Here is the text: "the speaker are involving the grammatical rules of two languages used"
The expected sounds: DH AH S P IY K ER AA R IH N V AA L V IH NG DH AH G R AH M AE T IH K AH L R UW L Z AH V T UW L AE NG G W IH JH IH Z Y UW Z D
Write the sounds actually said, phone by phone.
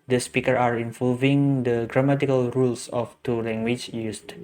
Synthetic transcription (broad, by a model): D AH S P IY K ER AA R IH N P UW V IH NG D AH G R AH M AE T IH K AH L R UW L S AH F T UW L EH NG G W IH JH Y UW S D